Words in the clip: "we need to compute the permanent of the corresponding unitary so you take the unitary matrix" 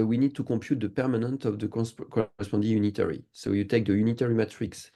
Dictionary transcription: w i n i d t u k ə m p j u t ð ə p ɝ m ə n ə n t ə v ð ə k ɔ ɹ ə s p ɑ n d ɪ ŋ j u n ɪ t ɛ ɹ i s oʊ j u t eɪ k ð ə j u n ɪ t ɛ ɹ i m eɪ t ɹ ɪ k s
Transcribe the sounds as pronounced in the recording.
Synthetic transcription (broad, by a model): w i n i d t u k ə p j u t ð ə p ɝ m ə n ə n t ə v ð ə k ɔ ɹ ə s p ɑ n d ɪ j u n ɪ t ɛ ɹ i s oʊ j u t eɪ k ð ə j u n ɪ t ɛ ɹ i m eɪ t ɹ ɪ k s